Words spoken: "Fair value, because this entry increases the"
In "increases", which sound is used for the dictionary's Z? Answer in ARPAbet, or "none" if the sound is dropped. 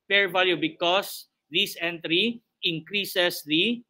S